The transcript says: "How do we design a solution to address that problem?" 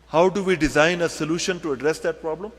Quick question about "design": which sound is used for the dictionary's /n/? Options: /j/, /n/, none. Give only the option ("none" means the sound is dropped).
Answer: /n/